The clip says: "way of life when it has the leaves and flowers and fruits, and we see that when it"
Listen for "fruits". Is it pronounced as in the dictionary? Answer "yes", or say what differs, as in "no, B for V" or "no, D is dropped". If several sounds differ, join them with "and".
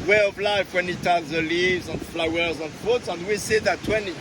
no, R is dropped